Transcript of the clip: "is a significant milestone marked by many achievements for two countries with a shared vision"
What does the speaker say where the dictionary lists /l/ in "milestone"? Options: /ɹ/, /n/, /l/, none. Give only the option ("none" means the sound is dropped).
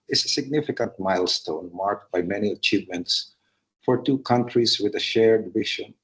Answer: /l/